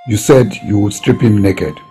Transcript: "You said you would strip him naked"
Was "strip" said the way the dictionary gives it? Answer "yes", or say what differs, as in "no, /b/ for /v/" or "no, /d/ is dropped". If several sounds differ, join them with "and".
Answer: yes